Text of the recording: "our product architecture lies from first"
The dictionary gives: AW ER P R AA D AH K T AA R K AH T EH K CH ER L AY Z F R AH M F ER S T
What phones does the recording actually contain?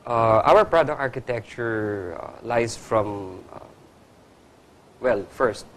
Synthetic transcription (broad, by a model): AW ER P R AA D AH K AA R K AH T EH K CH ER L AY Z F R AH M F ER S T